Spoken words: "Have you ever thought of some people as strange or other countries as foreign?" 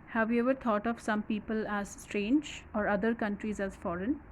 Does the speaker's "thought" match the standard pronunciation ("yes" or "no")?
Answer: no